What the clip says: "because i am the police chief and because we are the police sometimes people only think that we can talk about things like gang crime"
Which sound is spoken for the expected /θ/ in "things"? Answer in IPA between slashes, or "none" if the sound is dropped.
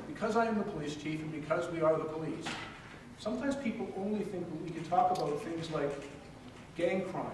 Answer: /θ/